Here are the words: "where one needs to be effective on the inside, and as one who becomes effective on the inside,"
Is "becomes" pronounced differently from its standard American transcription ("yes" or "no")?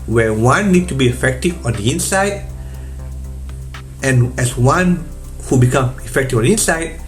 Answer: yes